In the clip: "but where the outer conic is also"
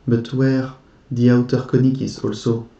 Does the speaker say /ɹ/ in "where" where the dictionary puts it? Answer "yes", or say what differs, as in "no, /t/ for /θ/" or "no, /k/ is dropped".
yes